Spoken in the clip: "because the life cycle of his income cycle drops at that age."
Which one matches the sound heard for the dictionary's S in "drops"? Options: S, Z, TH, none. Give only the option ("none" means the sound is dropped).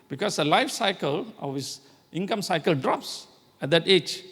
S